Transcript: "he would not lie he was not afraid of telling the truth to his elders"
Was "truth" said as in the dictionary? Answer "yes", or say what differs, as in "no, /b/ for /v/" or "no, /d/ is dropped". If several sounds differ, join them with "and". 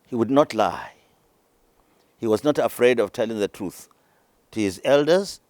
yes